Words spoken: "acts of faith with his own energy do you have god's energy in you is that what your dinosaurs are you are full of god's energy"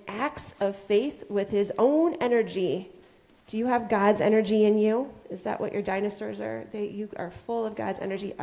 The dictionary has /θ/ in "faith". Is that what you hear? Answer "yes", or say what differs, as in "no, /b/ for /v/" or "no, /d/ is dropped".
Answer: yes